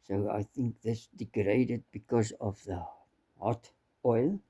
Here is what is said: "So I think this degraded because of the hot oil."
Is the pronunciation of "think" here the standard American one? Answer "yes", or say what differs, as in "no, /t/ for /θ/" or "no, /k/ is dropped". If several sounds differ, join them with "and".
yes